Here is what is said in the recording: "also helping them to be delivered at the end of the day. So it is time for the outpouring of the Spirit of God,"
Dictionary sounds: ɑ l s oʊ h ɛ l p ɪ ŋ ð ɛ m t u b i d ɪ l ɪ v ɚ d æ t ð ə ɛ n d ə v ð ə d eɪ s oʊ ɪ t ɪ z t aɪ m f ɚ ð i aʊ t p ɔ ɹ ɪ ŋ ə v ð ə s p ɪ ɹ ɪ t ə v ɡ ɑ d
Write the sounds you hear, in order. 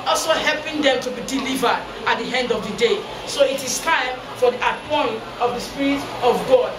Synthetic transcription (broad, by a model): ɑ l s oʊ h ɛ l p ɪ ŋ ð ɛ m t u b i d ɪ l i v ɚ d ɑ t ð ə ɛ n d ə v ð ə d eɪ s oʊ ɪ t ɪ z t aɪ m f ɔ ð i t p ɔ ɪ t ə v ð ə s p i ɹ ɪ t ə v ɡ ɑ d